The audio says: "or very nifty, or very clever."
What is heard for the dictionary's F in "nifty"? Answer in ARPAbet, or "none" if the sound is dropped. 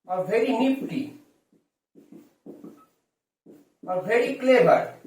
P